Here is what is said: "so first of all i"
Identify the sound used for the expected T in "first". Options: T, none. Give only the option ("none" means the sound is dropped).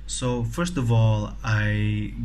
T